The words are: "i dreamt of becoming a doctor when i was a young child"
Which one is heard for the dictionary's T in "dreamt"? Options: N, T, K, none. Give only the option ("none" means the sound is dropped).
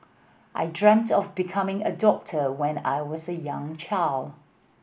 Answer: T